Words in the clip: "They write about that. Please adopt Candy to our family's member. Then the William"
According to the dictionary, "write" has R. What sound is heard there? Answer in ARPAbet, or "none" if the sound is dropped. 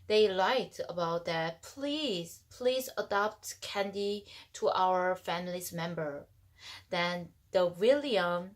L